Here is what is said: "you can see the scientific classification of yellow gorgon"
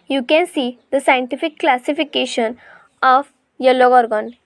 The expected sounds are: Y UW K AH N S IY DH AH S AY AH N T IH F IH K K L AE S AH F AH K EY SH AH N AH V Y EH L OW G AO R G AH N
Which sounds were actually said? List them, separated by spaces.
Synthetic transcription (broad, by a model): Y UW K AH N S IY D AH S AY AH N T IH F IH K K L AE S AH F AH K EY SH AH N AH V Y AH L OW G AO R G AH N